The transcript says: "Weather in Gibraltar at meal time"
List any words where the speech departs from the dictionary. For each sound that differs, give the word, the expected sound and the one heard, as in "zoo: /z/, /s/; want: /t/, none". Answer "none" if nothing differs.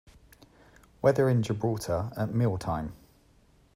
gibraltar: /l/, none